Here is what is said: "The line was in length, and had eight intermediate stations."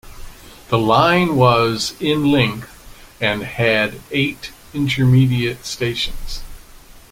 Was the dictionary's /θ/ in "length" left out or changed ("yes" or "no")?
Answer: no